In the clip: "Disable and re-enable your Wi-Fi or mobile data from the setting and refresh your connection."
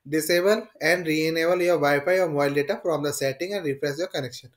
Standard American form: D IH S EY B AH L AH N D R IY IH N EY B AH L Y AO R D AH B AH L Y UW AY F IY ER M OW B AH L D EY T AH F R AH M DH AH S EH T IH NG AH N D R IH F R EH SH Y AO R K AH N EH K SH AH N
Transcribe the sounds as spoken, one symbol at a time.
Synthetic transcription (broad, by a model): D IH S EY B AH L AH N D R IY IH N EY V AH L Y AO R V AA AH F AY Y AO M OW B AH L D EY T AH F R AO M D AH S EH T IH NG AH N D R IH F R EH S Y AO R K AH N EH K SH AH N